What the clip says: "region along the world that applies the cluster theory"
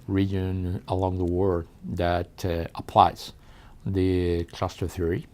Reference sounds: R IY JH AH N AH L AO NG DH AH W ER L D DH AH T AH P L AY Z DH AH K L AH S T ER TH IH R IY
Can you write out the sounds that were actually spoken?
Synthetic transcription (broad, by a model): R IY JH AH N AH L AO NG DH AH W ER D DH AH T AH P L AY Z DH AH K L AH S T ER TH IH R IY